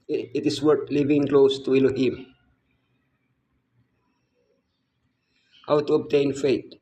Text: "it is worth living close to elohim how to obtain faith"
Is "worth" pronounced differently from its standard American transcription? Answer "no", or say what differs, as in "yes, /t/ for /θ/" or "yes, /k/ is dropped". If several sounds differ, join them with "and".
yes, /t/ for /θ/